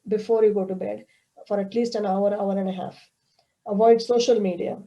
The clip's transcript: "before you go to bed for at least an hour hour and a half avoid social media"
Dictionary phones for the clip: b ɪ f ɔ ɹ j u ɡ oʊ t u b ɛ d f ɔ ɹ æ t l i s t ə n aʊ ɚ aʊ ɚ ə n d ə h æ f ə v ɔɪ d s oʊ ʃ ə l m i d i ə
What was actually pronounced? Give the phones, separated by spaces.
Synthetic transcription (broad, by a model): b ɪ f ɔ ɹ j u ɡ oʊ t u b ɛ d f ɔ ɹ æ t l i s t ə n aʊ ɚ aʊ ɚ ə n d ə h æ f ə v ɔɪ d s oʊ ʃ ə l m i d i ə